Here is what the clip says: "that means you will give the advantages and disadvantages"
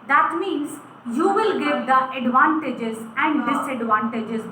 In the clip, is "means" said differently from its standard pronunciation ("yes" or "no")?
no